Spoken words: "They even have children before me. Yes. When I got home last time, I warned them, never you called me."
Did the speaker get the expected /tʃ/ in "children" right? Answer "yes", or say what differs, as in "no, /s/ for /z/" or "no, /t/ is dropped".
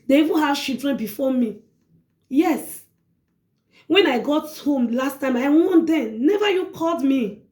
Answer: no, /ʃ/ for /tʃ/